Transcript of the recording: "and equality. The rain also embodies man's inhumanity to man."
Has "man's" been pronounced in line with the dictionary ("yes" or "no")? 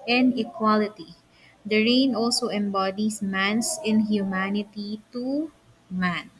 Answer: no